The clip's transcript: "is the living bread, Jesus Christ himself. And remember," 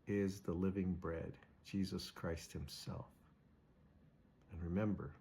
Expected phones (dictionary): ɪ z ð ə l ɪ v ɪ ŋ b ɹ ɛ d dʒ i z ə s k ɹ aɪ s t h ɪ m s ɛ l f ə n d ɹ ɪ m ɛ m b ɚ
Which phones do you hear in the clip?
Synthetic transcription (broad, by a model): ɪ z ð ə l ɪ v ɪ ŋ b ɹ ɛ d dʒ i z ə s k ɹ aɪ s t h ɪ m s ɛ l f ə n ɹ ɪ m ɛ m b ɚ